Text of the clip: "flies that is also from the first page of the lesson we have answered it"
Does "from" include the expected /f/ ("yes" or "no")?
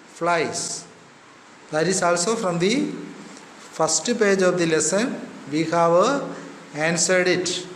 yes